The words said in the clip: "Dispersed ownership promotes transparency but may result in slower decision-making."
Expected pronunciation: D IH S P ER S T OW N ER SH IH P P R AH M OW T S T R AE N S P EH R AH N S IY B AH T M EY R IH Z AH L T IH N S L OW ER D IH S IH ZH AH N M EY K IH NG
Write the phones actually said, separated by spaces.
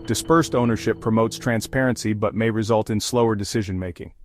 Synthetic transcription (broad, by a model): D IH S P ER S T OW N ER SH IH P P R AH M OW T S T R AE N S P EH R AH N S IY B AH T M EY R IH Z AH L T IH N S L OW ER D IH S IH ZH AH N M EY K IH NG